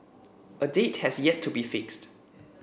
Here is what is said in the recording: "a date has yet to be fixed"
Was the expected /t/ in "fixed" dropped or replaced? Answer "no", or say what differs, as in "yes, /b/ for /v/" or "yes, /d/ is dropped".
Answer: no